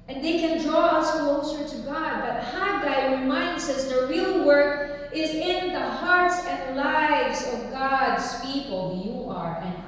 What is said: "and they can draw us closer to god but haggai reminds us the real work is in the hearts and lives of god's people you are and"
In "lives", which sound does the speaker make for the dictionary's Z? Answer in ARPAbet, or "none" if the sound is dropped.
Z